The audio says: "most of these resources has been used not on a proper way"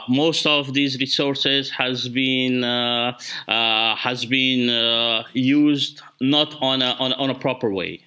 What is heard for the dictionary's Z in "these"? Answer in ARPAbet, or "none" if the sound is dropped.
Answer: Z